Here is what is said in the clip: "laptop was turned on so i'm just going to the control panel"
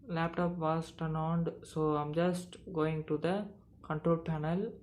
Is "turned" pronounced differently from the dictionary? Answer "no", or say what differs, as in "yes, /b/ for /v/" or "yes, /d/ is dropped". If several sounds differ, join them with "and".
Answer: yes, /d/ is dropped